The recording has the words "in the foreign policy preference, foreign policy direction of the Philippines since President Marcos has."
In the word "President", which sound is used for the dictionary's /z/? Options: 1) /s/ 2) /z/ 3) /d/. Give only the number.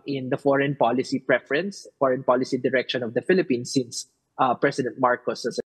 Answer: 1